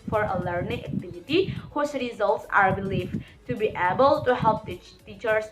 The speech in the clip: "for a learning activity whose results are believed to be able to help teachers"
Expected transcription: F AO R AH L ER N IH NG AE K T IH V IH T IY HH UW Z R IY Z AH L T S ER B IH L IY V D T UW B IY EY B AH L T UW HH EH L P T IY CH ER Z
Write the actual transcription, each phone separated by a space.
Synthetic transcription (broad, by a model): F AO R AH L ER N IH NG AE K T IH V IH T IY HH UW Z R IY Z AH L T S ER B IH L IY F T UW B IY EY B AH L T UW HH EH L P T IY CH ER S